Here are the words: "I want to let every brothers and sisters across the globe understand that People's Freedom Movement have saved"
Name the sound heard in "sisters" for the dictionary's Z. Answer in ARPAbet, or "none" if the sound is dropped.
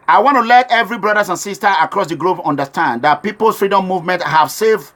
none